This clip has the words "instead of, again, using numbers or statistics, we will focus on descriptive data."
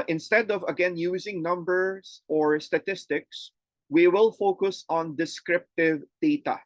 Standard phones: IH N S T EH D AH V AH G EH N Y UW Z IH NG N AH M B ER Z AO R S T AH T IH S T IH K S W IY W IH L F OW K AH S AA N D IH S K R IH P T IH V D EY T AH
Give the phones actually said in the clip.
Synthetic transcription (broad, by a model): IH N S T EH D AH V AH G EH N Y UW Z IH NG N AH M B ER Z AO R S T AH T IH S T IH K S W IY W IH L F OW K AH S AA N D IH S K R IH P T IH V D EY T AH